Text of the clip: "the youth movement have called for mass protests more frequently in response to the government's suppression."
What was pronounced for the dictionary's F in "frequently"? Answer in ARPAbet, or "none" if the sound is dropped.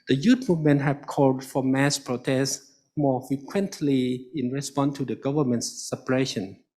F